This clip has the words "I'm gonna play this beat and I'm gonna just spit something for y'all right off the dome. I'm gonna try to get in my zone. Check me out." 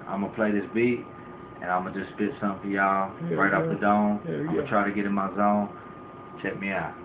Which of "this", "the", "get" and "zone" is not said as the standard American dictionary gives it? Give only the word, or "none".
none